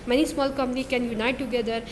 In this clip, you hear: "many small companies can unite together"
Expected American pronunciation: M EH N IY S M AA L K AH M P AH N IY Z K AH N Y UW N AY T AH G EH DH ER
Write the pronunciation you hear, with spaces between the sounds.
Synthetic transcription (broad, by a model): M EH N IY S M AA L K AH M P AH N IY K AH N Y UW N AY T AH G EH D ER